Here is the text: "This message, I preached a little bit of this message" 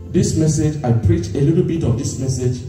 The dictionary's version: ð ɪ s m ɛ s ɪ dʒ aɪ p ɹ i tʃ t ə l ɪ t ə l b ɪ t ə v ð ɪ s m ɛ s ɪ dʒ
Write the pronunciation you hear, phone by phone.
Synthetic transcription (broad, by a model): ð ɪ s m ɛ s ɪ dʒ aɪ p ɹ i tʃ ə l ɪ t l b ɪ t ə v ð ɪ s m ɛ s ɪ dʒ